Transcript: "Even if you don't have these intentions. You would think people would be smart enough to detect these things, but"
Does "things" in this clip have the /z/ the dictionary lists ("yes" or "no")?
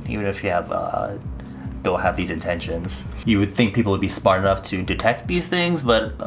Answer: yes